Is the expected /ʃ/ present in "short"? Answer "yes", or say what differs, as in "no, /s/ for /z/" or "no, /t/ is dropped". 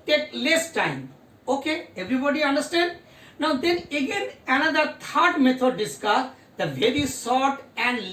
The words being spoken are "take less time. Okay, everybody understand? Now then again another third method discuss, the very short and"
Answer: no, /s/ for /ʃ/